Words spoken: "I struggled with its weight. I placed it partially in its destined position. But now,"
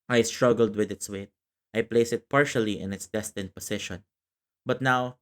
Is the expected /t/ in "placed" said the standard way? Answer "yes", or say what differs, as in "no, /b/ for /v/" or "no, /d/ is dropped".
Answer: no, /t/ is dropped